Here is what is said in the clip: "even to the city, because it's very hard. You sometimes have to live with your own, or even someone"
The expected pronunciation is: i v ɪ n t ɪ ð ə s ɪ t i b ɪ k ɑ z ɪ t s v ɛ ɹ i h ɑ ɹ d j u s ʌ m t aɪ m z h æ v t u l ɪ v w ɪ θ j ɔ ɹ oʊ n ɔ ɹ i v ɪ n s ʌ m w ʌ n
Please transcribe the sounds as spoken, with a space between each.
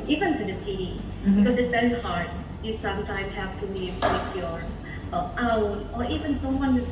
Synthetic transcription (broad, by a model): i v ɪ n t ɪ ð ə s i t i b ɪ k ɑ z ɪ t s b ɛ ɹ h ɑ ɹ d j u s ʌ m t aɪ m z h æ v t u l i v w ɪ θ j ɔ ɹ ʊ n ɔ ɹ i v ɪ n s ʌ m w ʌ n